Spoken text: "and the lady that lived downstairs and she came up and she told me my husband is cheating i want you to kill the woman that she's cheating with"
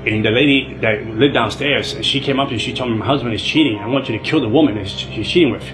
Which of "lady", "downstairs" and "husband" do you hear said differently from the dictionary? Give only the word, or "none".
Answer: none